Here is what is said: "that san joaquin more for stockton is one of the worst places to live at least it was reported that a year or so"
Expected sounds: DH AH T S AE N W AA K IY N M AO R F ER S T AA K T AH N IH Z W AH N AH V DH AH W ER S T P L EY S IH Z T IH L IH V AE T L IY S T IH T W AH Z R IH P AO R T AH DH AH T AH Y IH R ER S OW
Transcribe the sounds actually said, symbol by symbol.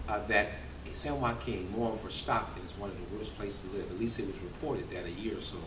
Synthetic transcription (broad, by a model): DH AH T S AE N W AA K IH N M AO R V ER S T AA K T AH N IH Z W AH N AH V DH AH W ER S P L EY IH S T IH L IH V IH T L IY S T IH T W AH Z R IH P AO R T AH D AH T AH Y IH R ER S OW